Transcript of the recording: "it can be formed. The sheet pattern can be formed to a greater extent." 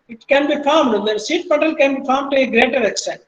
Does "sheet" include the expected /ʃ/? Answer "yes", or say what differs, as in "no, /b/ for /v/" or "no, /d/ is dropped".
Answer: no, /s/ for /ʃ/